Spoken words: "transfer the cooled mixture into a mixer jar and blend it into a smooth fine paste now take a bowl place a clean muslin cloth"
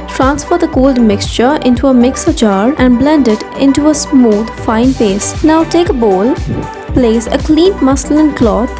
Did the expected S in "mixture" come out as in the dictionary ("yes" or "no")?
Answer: yes